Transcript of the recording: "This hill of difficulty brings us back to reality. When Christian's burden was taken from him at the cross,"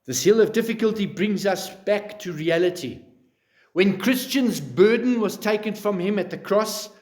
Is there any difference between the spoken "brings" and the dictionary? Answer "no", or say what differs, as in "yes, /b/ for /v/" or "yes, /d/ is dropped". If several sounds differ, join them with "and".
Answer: no